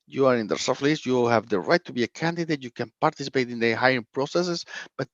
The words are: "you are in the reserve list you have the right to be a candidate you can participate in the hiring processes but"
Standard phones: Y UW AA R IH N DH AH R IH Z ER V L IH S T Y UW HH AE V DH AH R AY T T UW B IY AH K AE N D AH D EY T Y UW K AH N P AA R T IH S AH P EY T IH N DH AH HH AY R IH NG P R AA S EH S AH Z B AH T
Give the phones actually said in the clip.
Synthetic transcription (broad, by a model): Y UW AA R IH N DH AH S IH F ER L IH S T Y UW HH AE V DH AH R AY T T UW B IY AH K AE N D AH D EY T Y UW K AH N P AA R T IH S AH P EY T IH N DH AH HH AY IH P R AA S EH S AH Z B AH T